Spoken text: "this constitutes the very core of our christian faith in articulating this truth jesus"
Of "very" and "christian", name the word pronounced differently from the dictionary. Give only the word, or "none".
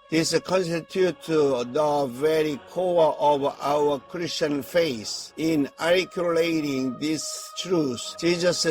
none